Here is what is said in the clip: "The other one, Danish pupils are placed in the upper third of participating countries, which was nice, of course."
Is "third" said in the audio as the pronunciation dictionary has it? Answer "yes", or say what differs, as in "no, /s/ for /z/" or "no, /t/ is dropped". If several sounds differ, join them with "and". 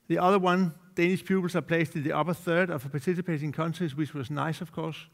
yes